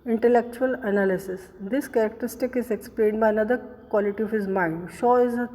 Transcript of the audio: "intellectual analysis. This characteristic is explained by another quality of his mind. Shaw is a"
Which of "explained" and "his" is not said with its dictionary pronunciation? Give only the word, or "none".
none